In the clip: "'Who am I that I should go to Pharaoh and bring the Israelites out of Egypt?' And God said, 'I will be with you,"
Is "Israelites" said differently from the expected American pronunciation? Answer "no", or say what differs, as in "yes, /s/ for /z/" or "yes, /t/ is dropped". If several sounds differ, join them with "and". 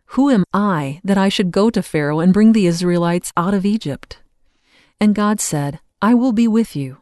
no